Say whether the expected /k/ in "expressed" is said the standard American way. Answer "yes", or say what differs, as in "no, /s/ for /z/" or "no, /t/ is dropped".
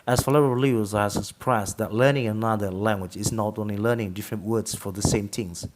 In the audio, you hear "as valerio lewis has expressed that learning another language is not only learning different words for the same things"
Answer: no, /k/ is dropped